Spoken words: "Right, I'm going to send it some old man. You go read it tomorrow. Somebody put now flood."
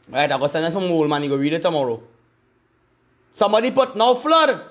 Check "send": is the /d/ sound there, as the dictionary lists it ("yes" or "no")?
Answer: no